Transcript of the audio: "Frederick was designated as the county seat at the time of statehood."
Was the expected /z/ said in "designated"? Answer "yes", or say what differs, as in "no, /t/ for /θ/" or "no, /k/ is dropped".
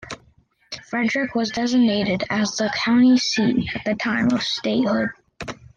yes